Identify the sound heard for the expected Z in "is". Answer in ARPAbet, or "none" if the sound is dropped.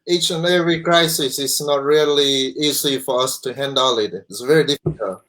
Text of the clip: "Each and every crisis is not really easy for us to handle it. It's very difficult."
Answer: S